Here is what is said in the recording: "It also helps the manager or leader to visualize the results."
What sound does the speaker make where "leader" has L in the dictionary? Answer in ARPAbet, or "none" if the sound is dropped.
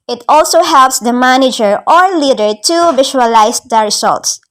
L